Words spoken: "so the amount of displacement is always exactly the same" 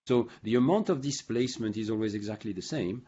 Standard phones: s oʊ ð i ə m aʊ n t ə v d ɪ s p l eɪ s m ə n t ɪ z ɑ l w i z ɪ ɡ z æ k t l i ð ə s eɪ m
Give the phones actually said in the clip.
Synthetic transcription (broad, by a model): s oʊ ð i ə m aʊ n t ə v d ɪ s p l eɪ s m ə n t ɪ z ɑ l w i z ɪ ɡ z æ k t l i ð ə s eɪ m